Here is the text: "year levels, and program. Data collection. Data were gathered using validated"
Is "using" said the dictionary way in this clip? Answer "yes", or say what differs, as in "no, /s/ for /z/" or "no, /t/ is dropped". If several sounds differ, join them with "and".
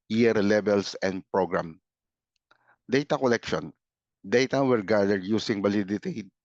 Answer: no, /s/ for /z/